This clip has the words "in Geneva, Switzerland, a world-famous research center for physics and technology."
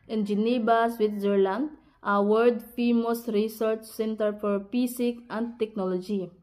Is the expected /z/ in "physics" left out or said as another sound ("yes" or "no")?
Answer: yes